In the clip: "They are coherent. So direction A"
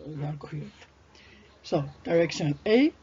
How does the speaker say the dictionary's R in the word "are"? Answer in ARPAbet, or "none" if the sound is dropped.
L